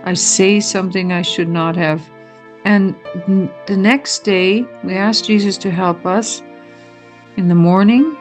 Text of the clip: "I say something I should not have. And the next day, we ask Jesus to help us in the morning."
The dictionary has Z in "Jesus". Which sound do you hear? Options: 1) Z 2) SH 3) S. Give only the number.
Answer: 1